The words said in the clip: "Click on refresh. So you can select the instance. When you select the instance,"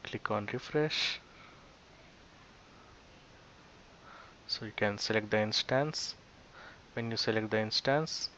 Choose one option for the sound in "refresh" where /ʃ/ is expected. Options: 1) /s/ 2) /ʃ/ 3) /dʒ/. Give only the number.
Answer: 2